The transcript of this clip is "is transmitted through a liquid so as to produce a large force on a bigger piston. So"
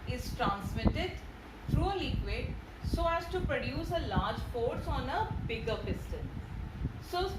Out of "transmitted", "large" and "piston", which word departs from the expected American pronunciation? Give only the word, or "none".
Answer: piston